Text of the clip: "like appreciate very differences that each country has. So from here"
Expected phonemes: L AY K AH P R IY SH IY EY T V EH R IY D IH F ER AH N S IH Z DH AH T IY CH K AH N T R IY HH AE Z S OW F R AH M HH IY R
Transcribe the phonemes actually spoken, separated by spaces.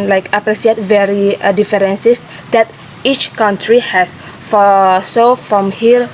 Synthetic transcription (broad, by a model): L AY K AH P R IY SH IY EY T V EH R IY D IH F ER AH N S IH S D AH T IY CH K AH N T R IY HH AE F S OW F R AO M HH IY R